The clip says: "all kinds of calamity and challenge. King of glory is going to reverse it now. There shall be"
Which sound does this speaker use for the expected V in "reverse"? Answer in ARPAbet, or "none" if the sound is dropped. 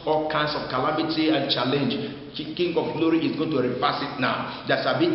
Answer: F